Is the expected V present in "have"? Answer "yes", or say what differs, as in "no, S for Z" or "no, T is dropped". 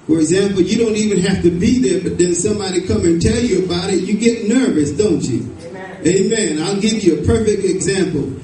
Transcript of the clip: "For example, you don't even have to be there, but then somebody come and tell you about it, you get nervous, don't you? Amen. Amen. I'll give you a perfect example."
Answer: no, F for V